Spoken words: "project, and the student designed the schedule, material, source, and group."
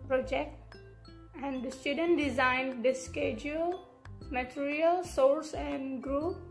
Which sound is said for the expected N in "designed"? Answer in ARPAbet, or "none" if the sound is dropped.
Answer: N